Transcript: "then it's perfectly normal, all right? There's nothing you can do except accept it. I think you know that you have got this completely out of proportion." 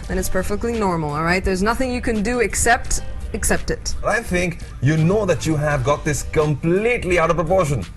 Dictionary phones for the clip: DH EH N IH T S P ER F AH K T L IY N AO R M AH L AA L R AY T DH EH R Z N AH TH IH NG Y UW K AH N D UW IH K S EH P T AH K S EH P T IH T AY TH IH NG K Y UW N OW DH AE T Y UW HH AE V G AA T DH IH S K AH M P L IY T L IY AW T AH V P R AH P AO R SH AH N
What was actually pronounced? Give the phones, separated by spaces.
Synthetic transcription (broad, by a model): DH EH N IH T S P ER F AH K T L IY N AO R M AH L AA L R AY T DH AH R Z N AH TH IH NG Y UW K AH N D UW IH K S EH P T AH K S EH P T IH T AY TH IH NG K Y UW N OW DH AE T Y UW HH AE V G AA T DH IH S K AH M P L IY T L IY AW T AH V P R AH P AO R SH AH N